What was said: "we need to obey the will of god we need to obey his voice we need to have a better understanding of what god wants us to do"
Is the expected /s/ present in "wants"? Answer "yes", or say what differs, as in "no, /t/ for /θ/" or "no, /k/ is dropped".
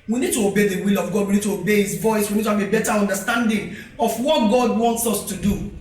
yes